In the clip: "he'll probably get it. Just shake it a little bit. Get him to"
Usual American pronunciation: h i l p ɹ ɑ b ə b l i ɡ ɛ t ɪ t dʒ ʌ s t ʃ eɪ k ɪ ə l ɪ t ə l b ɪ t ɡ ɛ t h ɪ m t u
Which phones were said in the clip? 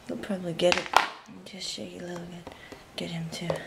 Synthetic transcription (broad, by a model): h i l p ɹ ɑ b ə b l i ɡ ɛ t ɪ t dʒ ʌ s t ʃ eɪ ɪ l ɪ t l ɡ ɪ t ɡ ɛ t h ɪ m t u